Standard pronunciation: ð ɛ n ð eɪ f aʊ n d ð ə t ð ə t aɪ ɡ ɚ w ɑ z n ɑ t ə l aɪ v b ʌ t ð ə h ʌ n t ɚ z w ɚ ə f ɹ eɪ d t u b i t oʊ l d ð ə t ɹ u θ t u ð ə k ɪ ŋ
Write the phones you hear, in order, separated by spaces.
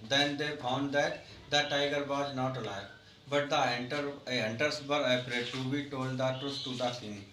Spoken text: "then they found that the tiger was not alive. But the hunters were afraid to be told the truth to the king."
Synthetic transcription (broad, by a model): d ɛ n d eɪ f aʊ n d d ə t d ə t aɪ ɡ ɚ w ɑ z n ɑ t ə l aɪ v b ʌ t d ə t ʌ n t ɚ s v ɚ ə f ɹ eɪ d t u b i t oʊ l d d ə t ɹ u s t u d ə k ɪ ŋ